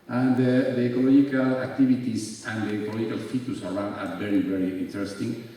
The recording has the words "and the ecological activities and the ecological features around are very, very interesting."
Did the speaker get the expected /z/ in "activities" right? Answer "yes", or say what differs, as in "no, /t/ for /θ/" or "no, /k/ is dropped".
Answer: no, /s/ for /z/